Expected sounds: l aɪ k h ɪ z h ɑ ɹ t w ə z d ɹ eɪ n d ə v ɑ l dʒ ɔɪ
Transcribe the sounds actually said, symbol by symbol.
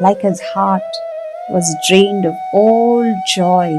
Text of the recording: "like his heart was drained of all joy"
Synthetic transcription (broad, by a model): l aɪ k h ɪ z h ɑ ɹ t w ə z d ɹ eɪ n d ə v ɑ l dʒ ɔɪ